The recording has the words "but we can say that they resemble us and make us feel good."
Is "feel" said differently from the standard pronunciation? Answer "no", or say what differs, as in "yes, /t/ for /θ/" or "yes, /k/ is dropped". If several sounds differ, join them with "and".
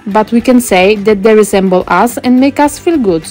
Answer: no